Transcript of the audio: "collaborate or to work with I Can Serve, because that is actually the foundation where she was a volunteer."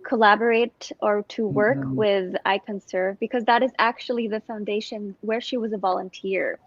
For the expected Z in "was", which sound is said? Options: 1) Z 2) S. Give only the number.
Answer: 1